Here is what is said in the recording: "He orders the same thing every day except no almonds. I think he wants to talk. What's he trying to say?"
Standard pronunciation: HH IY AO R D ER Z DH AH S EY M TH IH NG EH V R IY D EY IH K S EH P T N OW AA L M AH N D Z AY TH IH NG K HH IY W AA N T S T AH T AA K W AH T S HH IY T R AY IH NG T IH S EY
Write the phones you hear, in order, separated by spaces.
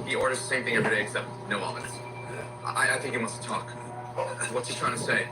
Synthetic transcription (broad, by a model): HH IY AO R D ER Z DH AH S EY M TH IH NG EH V R IY D EY IH K S EH P T N OW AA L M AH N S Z AY TH IH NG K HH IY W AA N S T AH T AA K W AH T S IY T R AY IH NG T IH S EY